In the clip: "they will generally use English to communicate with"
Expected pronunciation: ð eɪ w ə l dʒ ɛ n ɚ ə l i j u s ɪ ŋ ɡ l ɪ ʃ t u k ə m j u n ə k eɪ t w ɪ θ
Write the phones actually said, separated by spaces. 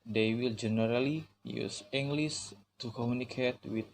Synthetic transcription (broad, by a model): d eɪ w ə l dʒ ɛ n ɚ ə l i j u s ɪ ŋ ɡ l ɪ s t u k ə m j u n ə k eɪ t w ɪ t